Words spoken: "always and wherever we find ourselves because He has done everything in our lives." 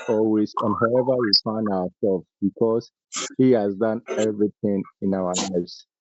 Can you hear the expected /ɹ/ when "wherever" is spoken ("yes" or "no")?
no